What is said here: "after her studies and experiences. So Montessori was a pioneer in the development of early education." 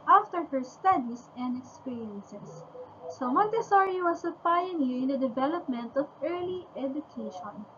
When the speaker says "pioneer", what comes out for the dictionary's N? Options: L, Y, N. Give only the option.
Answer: L